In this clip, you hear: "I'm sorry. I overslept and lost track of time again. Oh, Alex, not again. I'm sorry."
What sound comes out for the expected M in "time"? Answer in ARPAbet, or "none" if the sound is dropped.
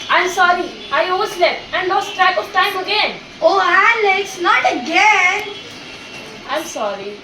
M